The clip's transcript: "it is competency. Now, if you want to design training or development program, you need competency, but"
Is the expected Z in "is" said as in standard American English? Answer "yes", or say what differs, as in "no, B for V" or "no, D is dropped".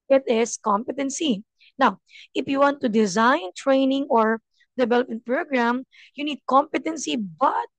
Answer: no, S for Z